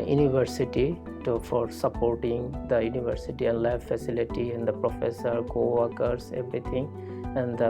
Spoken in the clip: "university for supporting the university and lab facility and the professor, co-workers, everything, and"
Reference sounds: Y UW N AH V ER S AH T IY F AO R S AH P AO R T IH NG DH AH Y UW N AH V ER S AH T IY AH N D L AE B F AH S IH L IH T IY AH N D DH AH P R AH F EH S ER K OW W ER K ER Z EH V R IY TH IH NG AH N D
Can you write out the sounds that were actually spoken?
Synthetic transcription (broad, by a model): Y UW N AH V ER S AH T IY F AO R S AH P AO R T IH NG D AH Y UW N AH V ER S AH T IY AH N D L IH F F AH S IH L IH T IY AH N D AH P R AH F EH S ER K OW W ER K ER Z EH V R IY T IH NG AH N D